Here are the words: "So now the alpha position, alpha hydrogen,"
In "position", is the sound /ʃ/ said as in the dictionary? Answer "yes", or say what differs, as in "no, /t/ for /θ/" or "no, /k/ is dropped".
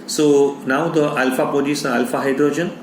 no, /s/ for /ʃ/